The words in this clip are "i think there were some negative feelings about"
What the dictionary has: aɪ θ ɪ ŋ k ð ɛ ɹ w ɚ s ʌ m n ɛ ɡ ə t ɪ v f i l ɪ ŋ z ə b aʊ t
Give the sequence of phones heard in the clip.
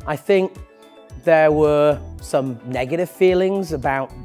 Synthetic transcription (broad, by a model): aɪ θ ɪ ŋ k ð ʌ w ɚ s ʌ m n ɛ ɡ ə t ɪ v f i l ɪ ŋ z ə b aʊ t